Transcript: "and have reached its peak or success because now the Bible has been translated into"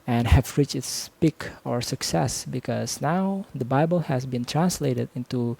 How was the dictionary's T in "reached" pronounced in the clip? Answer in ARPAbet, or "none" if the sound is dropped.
none